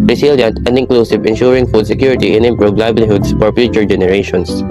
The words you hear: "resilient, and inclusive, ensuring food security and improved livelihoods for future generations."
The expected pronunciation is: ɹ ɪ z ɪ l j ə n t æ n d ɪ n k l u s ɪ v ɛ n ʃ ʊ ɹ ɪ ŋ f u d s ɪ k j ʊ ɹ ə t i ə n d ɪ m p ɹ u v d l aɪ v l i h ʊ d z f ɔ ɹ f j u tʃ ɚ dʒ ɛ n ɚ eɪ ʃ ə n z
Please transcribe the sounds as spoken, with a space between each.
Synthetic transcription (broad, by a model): ɹ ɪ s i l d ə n n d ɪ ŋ k l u s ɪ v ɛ n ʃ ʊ ɹ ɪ ŋ f u d s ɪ k j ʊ ɹ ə t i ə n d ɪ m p ɹ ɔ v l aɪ b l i h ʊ d s f ɔ ɹ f j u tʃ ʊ dʒ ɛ n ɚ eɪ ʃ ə n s